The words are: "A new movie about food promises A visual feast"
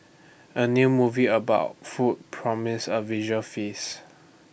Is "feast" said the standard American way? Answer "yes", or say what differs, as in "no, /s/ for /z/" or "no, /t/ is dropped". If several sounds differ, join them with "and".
no, /t/ is dropped